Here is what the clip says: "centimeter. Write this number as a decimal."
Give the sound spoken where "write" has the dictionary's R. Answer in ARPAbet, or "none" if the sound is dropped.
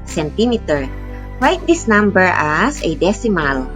L